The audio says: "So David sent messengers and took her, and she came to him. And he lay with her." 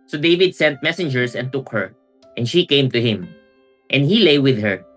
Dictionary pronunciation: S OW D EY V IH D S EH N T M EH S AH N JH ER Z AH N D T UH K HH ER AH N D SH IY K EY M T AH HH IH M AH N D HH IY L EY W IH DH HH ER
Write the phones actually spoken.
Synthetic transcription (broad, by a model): S OW D EY V IH D S EH N T M EH S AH N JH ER S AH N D T UH K HH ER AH N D SH IY K EY M T AH HH IH M AH N D HH IY L EY W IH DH HH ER